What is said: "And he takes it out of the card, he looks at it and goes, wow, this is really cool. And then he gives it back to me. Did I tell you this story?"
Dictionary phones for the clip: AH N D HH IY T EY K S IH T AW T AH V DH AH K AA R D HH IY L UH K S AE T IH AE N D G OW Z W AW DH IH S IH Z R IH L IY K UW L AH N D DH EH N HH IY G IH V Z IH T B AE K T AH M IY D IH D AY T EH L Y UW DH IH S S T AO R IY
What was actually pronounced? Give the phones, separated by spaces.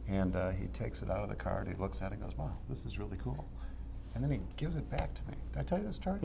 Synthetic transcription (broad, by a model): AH N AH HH IY T EY K S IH T AW T AH V DH AH K AA R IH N IY L UH K S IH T IH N G OW Z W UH DH IH S IH Z R IH L IY K UW L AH N DH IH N IY G IH V Z IH T B AE K T AH M IY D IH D AY T EH L Y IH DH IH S S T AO R